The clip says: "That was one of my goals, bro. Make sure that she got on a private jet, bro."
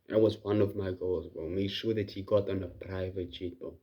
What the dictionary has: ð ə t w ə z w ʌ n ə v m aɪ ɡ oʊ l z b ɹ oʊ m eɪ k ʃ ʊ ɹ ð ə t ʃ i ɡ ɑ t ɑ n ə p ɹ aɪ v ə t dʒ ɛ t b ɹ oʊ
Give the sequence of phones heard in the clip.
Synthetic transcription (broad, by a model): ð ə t w ə z w ʌ n ə v m aɪ ɡ oʊ l z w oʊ m eɪ k ʃ ʊ ɹ ð ə t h i ɡ ɑ t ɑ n ə p ɹ aɪ v ə t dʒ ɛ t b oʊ